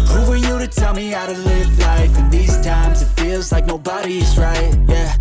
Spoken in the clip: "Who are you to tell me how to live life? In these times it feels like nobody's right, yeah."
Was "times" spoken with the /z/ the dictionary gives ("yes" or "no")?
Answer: yes